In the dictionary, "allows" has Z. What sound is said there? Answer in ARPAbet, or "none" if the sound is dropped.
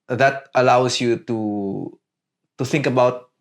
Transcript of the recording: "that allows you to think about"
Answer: S